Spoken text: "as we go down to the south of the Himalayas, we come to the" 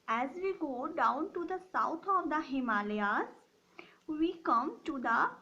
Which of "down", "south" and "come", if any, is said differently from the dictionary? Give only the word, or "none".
south